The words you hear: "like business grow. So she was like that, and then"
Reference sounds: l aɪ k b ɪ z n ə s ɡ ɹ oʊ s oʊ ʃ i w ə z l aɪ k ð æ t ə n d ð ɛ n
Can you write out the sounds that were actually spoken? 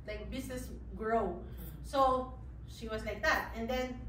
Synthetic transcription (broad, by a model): l aɪ k b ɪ s n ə s ɡ ɹ oʊ s oʊ ʃ i w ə s l aɪ k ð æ t ə n d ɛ n